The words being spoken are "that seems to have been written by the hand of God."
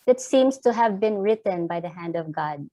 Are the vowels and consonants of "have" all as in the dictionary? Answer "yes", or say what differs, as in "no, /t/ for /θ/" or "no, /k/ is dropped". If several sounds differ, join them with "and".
yes